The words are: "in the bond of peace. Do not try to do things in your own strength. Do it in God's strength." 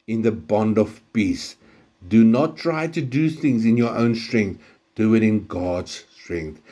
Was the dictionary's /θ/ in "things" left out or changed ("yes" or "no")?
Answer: no